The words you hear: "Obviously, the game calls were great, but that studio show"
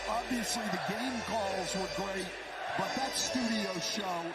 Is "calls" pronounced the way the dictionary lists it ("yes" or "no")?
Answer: yes